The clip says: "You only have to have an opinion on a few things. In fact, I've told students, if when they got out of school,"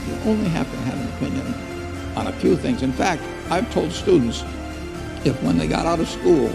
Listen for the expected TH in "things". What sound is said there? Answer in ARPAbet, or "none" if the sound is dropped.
TH